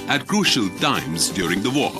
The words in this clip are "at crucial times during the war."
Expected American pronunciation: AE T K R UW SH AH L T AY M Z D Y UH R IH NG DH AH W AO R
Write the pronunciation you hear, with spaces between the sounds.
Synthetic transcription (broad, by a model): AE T K R UW SH AH L T AY M Z D Y UH R IH NG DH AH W AO